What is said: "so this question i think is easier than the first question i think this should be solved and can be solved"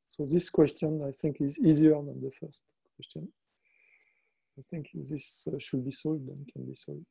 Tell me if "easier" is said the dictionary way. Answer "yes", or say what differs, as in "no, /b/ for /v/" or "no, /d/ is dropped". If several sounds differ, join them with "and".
yes